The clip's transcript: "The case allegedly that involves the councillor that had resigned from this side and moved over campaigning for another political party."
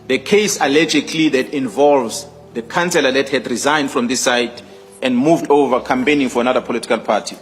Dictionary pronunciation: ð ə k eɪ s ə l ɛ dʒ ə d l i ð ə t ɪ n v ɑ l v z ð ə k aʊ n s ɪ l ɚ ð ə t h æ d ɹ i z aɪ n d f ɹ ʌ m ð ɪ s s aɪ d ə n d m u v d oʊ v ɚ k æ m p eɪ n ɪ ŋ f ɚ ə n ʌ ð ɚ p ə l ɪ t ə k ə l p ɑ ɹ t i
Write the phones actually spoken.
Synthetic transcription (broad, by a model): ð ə k eɪ s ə l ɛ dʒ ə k l i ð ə t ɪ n v ɑ l v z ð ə k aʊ n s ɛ l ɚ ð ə t h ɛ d ɹ i z aɪ n d f ɹ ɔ m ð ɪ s s aɪ d ə n d m u v d oʊ v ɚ k æ m p eɪ n ɪ ŋ f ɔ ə n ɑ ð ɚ p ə l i t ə k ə l p ɑ t i